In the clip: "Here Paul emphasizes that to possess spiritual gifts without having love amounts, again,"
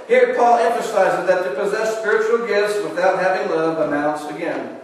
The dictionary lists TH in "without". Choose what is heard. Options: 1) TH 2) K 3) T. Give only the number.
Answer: 1